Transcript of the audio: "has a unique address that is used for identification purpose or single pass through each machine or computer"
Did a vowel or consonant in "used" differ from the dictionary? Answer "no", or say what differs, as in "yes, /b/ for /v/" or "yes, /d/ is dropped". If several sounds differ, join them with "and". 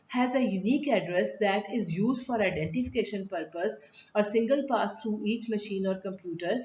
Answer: no